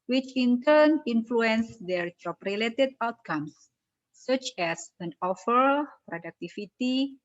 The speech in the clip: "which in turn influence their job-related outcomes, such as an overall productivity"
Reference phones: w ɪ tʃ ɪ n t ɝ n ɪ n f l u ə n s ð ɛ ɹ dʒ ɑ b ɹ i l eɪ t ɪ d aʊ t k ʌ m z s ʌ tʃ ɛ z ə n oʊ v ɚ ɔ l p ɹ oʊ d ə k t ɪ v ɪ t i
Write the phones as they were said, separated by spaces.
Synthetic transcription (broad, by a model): w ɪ tʃ ɪ n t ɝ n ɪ n f l u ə n s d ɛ ɹ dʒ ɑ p ɹ i l eɪ t ɪ d aʊ t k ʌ m s ʌ tʃ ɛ s ə n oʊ f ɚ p ɹ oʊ d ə k t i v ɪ t i